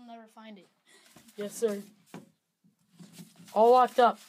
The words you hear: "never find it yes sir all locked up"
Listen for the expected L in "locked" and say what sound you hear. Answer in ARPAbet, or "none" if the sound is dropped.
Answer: W